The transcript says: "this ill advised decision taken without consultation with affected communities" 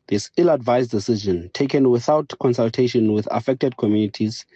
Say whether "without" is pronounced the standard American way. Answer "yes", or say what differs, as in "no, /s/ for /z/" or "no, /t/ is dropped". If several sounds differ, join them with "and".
yes